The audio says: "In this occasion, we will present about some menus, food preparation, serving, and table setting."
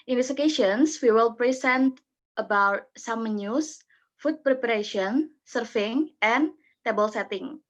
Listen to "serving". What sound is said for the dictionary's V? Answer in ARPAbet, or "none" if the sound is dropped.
F